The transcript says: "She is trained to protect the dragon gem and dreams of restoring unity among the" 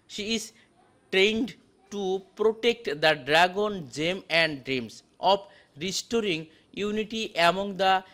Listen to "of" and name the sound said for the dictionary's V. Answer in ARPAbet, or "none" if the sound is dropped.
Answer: P